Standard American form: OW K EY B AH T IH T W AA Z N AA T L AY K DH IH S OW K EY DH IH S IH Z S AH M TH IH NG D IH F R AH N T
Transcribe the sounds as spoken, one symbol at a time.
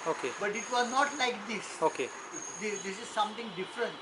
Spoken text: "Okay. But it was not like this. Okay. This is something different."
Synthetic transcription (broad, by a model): OW K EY B AH T IH T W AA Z N AA T L AY K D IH S OW K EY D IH S IH Z S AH M T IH NG D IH F R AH N T